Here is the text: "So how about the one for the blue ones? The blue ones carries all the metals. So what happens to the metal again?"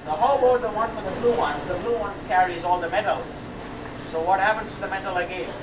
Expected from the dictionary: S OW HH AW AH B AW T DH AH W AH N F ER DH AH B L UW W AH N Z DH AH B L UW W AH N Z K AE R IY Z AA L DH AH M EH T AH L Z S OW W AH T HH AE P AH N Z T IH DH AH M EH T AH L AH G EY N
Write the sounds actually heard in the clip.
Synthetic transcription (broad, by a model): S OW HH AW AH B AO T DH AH W AH N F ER DH AH B L UW W AH N Z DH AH B L UW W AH N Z K AE R IY Z AA L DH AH M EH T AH L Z S OW W AH T HH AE P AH N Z T IH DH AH M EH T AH L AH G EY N